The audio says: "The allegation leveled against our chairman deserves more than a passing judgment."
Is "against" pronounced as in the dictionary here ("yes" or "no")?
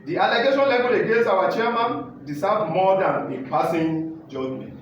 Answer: no